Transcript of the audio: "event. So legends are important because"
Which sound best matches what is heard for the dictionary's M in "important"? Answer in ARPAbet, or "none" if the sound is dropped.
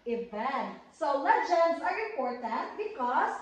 none